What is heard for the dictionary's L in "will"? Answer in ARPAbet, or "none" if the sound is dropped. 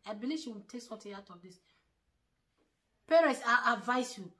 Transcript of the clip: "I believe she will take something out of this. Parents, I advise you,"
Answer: N